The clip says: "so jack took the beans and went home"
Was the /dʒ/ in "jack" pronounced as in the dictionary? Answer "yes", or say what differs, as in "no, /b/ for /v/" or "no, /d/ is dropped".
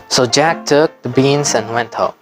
yes